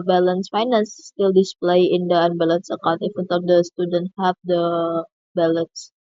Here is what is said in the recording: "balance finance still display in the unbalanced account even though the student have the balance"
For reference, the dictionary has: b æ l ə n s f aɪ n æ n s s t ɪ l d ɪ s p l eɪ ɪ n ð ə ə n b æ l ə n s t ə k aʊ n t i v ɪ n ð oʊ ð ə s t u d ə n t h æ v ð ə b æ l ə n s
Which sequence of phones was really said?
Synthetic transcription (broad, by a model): b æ l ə n s f aɪ n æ n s s t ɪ l d ɪ s p l eɪ ɪ n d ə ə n b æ l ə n s ə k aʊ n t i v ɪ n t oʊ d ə s t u d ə n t h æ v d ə b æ l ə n s